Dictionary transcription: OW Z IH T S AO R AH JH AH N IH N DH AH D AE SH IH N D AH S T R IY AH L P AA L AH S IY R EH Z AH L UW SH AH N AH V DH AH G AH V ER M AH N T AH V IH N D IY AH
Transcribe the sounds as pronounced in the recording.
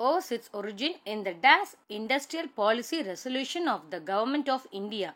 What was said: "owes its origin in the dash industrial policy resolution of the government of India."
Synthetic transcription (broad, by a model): OW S IH T S AO R AH JH AH N IH N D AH D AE S IH N D AH S T R IY AH L P AA L AH S IY R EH S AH L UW SH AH N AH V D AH G AH V ER M AH N T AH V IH N D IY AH